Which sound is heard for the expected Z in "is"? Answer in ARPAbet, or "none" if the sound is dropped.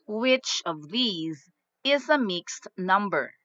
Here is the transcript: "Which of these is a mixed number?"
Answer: Z